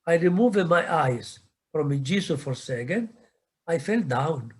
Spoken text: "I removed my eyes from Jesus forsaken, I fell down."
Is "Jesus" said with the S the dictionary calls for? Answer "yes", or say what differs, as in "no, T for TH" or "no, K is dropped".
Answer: no, S is dropped